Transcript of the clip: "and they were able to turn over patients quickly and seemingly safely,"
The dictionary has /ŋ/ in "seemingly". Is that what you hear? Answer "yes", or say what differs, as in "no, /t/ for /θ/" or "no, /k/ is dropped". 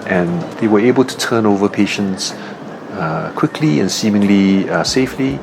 yes